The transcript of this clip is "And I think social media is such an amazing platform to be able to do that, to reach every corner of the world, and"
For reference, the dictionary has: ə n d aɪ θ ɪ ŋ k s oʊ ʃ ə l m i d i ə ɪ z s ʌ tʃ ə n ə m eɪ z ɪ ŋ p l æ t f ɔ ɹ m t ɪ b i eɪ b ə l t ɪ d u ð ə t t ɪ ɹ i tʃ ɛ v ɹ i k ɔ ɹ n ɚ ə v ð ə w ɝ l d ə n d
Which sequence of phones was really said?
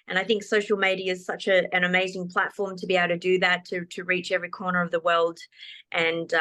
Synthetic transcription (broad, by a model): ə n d aɪ θ ɪ ŋ k s oʊ ʃ l m i d i ə ɪ z s ʌ tʃ ə n ə m eɪ z ɪ ŋ p l æ t f ɔ ɹ m t ɪ b i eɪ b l t ɪ d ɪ ð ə t t ɪ ɹ i tʃ ɛ v ɹ i k ɔ ɹ n ɚ ə v ð ə w ɝ l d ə n